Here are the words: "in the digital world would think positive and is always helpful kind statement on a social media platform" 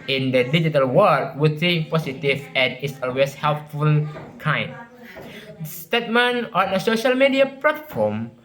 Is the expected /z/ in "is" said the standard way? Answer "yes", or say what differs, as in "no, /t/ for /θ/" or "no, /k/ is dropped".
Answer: no, /s/ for /z/